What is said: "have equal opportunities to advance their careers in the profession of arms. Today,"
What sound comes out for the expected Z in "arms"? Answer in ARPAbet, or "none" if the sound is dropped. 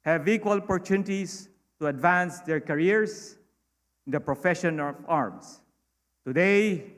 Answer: S